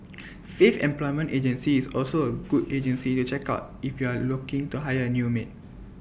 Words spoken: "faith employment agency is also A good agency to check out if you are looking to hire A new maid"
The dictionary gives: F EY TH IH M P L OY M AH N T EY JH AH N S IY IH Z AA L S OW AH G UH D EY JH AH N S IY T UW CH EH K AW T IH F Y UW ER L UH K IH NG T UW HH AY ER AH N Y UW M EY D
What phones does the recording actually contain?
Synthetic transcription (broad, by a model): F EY F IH M P L OY M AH N T EY JH AH N S IY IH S AA L S OW AH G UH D EY JH AH N S IY T UW CH EH K AW T IH F Y UW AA L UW K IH NG T UW HH AY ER AH N Y UW M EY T